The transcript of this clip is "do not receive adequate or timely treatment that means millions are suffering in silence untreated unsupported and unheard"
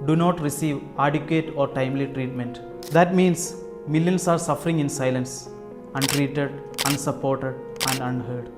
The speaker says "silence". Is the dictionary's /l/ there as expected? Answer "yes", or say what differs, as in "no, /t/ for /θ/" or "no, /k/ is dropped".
yes